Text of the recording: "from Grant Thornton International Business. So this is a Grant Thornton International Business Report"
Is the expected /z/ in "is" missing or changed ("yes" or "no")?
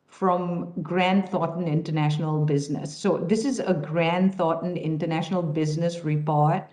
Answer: no